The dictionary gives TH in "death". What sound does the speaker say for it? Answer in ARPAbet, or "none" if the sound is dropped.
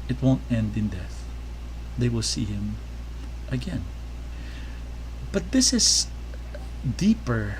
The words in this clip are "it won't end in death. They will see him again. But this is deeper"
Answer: TH